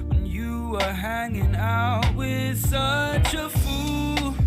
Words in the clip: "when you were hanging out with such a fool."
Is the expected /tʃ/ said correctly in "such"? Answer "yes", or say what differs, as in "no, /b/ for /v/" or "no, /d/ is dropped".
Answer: yes